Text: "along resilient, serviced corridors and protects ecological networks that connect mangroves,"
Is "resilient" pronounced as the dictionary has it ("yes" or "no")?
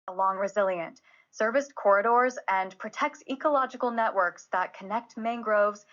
yes